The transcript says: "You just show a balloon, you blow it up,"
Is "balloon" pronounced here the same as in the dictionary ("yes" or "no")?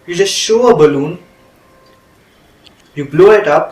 yes